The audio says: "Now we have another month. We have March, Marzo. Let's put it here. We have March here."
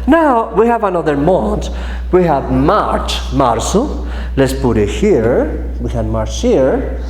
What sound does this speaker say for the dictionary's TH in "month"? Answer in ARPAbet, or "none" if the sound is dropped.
T